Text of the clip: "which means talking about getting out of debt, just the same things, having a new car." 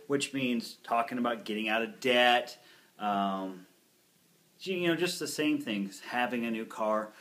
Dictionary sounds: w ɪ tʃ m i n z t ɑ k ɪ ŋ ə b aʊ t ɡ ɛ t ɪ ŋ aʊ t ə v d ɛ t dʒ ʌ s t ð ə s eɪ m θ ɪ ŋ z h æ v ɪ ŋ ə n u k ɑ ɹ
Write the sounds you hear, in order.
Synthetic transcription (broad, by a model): w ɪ tʃ m i n z t ɑ k ɪ ŋ ə b aʊ t ɡ ɛ t ɪ ŋ aʊ t ə v d ɛ t dʒ ʌ s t ð ə s eɪ m θ ɪ ŋ z h æ v ɪ ŋ ə n u k ɑ ɹ